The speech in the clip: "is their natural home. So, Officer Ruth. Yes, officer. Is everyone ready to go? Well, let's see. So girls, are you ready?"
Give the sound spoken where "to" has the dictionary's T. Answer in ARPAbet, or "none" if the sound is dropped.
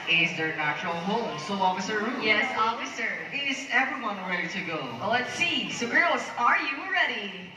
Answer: T